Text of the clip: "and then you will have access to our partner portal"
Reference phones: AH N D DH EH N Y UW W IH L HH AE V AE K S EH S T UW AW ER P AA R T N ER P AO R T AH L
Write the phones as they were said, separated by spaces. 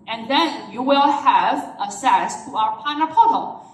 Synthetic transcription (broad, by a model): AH N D DH EH N Y UW W IH L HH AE V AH S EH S T UW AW ER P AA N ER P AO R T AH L